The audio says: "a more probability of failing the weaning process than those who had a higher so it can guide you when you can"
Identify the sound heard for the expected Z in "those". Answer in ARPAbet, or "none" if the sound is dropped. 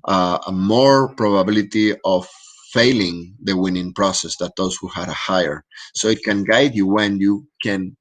S